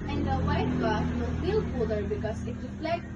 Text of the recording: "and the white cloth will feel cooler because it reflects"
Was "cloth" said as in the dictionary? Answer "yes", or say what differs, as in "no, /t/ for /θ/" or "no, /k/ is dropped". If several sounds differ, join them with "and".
no, /t/ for /θ/